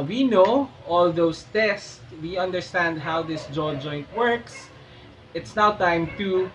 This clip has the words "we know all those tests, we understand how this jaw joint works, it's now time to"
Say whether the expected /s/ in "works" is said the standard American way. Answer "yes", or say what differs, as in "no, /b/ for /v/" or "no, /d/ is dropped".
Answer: yes